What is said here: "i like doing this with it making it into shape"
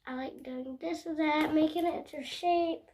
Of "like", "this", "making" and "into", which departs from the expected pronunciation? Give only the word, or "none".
into